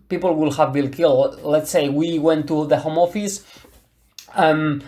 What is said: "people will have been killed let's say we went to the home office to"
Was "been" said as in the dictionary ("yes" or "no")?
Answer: no